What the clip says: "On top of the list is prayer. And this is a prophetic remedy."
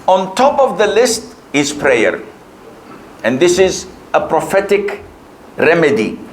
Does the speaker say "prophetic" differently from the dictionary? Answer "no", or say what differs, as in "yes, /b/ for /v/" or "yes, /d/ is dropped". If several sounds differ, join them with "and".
no